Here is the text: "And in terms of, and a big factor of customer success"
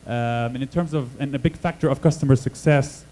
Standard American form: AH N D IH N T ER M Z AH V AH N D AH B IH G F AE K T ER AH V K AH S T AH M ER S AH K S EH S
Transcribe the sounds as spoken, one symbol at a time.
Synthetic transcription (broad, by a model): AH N IH N T ER M Z AH V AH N AH B IH G F AE K T ER AH V K AH S T AH M ER S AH K S EH S